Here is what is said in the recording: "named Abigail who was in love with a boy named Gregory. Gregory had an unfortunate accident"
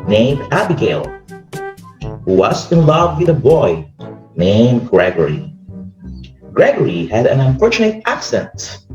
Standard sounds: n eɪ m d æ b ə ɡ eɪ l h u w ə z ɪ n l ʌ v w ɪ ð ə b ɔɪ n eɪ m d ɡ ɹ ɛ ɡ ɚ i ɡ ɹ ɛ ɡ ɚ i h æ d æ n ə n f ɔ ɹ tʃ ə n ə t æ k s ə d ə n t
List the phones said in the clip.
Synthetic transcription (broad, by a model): n eɪ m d æ b ə ɡ eɪ l h u w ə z ɪ n l ʌ v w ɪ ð ə b ɔɪ n eɪ m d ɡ ɹ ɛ ɡ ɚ i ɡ ɹ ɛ ɡ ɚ i h æ d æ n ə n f ɔ ɹ tʃ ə n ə t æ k s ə n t